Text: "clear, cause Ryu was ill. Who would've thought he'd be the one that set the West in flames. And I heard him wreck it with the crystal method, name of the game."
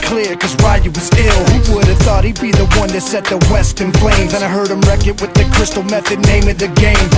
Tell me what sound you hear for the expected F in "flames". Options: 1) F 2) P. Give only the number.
2